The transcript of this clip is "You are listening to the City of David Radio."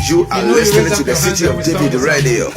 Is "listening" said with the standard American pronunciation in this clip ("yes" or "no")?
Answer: no